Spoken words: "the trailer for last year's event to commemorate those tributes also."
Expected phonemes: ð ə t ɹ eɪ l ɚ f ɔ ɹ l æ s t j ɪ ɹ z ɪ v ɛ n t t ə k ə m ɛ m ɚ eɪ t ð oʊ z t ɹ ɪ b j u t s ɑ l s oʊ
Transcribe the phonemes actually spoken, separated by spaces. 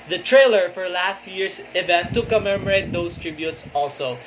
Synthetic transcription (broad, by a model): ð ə t ɹ eɪ l ɚ f ɔ ɹ l æ s t j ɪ ɹ s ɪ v ɛ n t t ə k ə m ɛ m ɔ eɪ t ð oʊ s t ɹ ɪ b j u t s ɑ l s oʊ